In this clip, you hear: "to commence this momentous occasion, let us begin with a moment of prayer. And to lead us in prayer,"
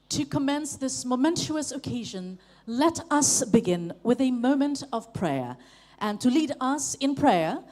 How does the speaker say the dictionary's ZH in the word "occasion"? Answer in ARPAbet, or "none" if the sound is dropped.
ZH